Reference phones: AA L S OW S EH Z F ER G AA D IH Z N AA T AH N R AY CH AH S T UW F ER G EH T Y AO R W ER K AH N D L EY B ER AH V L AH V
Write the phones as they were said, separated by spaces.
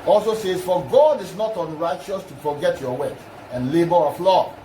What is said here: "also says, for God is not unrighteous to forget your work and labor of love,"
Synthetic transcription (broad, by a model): AA L S OW S EH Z F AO G AA D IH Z N AA T AH N R AY CH AH S T UW F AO G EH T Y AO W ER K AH N L EY B ER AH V L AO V